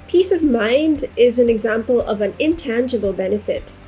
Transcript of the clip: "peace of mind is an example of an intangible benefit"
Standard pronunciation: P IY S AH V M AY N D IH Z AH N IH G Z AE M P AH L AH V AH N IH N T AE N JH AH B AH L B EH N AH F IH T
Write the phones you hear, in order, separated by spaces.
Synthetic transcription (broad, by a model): P IY S AH V M AY N D IH Z AH N IH G Z AE M P AH L AH V AH N IH N T AE N JH AH B AH L B EH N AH F IH T